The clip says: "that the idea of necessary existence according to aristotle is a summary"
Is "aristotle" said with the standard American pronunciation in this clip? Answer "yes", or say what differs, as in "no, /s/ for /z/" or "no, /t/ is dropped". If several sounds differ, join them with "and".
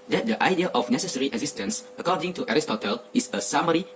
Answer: yes